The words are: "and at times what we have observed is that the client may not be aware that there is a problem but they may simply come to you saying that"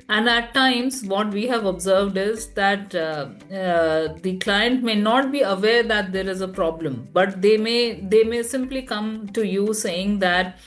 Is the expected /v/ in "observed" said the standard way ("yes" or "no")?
yes